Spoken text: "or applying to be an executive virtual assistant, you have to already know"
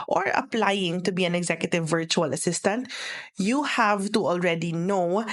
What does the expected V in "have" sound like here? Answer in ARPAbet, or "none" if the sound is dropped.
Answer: V